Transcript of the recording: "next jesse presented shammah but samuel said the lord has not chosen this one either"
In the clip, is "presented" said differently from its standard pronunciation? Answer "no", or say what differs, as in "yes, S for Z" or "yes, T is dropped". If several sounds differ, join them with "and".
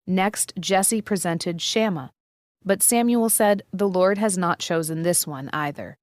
no